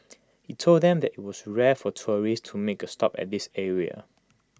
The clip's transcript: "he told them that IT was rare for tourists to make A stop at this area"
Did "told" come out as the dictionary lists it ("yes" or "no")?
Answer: yes